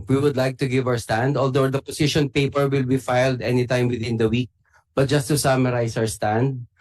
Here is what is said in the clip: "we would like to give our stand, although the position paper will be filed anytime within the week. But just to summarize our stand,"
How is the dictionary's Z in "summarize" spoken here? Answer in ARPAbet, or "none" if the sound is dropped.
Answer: S